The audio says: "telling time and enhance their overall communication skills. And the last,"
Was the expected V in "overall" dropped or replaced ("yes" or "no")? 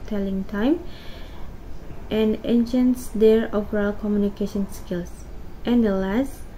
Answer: yes